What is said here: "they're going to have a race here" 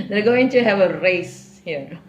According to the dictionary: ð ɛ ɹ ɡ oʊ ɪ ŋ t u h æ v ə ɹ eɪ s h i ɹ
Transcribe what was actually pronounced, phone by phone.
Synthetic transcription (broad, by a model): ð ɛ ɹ ɡ oʊ ɪ ŋ t u h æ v ə ɹ eɪ s h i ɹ